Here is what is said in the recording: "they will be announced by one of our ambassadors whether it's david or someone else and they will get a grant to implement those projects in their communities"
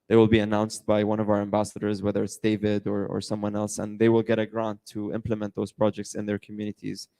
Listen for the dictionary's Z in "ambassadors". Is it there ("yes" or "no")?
yes